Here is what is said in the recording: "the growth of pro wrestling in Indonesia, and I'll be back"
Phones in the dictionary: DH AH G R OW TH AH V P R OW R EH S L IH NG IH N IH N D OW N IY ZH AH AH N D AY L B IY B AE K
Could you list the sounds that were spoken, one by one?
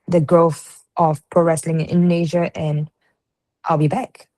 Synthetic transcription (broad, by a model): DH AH G R OW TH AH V P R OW R EH S L IH NG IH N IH N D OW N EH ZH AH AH N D AY L B IY B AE K